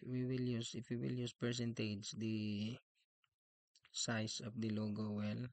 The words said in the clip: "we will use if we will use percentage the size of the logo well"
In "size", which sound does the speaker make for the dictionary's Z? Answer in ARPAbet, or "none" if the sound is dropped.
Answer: S